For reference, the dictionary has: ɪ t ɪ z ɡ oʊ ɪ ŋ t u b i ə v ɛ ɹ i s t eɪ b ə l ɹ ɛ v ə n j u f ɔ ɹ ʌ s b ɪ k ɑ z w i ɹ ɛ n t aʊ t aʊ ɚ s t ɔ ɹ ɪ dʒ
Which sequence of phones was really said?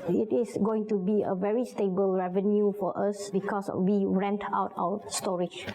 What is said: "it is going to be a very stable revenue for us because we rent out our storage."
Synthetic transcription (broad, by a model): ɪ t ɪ s ɡ oʊ ɪ ŋ t u b i ə v ɛ ɹ i s t eɪ b ə l ɹ ɛ v ə n j u f ɔ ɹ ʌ s b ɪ k ɑ s w i ɹ ɛ n t aʊ t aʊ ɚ s t ɔ ɹ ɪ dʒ